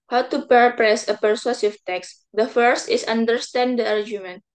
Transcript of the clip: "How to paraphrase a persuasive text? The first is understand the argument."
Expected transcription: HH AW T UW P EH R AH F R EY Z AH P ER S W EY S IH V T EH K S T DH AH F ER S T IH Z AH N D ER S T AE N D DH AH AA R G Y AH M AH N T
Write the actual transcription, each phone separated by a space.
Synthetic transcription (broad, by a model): HH AW T UW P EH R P R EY S AH P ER S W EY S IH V T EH K S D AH F ER S T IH S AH N D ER S T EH N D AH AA R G Y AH M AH N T